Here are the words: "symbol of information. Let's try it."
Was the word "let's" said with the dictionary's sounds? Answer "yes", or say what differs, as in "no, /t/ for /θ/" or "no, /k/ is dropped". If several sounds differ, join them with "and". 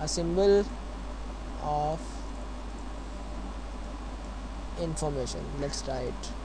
yes